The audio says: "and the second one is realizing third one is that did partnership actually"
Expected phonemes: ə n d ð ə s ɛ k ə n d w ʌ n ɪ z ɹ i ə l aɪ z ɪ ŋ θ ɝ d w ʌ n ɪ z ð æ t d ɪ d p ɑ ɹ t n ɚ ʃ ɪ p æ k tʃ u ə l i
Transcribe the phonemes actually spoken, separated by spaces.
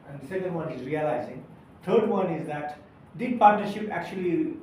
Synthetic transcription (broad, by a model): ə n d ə s ɛ k ə n d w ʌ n ɪ z ɹ i ə l aɪ z ɪ ŋ t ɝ d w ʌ n ɪ z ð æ t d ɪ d p ɑ ɹ t n ɚ ʃ ɪ p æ k tʃ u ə l i